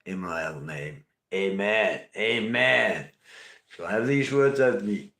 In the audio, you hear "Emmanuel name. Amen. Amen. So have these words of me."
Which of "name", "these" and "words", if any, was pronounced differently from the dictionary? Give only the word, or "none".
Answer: none